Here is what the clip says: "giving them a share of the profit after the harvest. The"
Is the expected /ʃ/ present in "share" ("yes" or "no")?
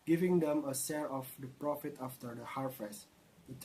no